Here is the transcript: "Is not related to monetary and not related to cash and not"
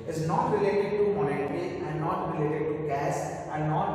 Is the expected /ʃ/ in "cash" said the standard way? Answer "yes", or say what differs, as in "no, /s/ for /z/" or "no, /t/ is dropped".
no, /s/ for /ʃ/